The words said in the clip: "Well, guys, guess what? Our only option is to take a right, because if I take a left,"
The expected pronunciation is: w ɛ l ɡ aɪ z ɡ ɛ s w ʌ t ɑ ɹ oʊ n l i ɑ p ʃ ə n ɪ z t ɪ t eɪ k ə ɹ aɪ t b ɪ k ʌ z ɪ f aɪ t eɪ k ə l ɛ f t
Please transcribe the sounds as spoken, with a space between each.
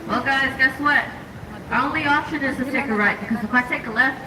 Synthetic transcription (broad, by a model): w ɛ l ɡ aɪ z ɡ ɛ s w ʌ t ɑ oʊ n l i ɑ p ʃ ə n ɪ z t ɪ t eɪ k ə ɹ aɪ t b ɪ k ʌ z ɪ p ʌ t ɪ k ə l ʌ